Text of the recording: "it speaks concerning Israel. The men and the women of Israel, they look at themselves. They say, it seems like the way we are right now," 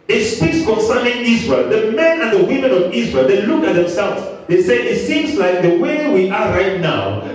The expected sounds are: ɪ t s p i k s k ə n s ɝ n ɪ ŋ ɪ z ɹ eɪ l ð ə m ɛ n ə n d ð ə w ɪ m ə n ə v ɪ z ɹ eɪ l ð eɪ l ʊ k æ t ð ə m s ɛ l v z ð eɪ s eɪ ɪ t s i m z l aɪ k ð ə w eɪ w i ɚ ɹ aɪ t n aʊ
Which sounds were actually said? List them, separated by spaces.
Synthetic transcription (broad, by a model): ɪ t s p i k s k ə n s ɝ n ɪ ŋ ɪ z ɹ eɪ l ð ə m ɛ n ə n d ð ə w ɪ m ə n ə v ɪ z ɹ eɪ l ð eɪ l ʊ k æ t ð ə m s ɛ l v z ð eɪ s eɪ ɪ t s i m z l aɪ k ð ə w eɪ w i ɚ ɹ aɪ t n aʊ